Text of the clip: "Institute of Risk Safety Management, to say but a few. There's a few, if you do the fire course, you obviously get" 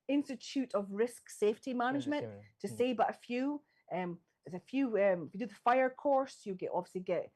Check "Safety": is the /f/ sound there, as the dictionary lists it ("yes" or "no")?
yes